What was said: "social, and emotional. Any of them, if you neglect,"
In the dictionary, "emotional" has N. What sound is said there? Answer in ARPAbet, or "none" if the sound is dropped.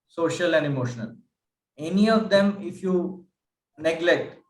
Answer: N